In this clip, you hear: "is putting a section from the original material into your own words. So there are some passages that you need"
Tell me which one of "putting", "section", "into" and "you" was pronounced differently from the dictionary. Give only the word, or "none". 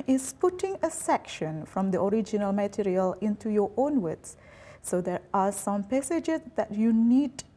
none